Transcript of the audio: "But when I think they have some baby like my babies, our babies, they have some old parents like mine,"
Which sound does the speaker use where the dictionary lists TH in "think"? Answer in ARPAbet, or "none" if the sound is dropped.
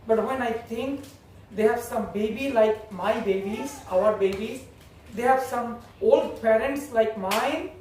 T